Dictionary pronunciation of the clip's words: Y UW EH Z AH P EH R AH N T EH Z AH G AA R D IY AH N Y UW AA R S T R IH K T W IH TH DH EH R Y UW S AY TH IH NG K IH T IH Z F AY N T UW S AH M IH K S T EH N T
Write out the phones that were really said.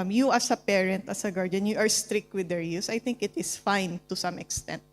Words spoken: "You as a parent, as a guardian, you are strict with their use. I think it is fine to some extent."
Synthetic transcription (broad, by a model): Y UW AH S AH P EH R AH N T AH S AH G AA R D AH N Y UW AA R S T R IH K T W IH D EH R Y UW S AY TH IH NG K IH T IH S F AY N T UW S AH M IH K S T EH N T